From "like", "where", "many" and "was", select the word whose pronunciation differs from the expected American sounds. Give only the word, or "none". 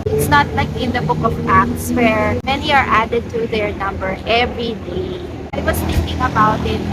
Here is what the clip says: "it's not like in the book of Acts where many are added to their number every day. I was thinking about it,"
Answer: was